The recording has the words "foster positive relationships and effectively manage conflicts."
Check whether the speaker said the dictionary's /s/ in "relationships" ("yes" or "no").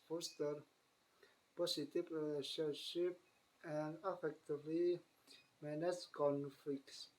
no